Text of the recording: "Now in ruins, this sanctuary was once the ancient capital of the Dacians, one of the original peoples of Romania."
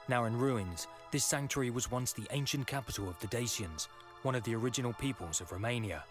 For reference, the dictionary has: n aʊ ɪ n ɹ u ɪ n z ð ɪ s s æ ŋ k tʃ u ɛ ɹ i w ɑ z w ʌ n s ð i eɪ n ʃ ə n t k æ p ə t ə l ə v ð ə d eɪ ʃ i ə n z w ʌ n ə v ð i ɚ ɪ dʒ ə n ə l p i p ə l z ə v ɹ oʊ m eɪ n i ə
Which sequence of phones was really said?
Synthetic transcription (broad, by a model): n aʊ ɪ n ɹ u ɪ n z ð ɪ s s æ ŋ k tʃ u ɹ i w ɑ z w ʌ n s ð i eɪ n ʃ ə n k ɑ p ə t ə l ə v ð ə d eɪ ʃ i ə n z w ʌ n ə v ð i ɚ ɪ dʒ ə n ə l p i p ə l z ə v ɹ oʊ m eɪ n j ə